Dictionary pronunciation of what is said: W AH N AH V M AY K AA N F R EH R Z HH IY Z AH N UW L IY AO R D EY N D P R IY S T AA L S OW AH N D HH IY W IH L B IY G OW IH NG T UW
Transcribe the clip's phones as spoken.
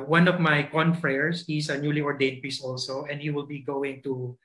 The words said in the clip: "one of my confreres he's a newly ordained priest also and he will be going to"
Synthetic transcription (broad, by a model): W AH N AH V M AY K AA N F R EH R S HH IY S AH N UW L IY AO R D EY N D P R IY S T AA L S OW AH N D HH IY W IH L B IY G OW IH NG T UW